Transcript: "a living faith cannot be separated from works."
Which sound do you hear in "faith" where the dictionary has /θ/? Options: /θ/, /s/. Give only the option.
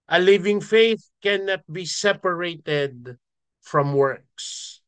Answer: /θ/